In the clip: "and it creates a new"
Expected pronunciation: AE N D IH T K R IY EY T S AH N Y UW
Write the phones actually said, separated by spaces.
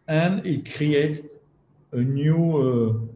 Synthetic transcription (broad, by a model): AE N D IH T K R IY EY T AH N Y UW